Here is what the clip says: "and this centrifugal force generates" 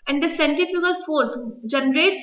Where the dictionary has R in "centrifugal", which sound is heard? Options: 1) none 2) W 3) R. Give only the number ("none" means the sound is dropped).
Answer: 1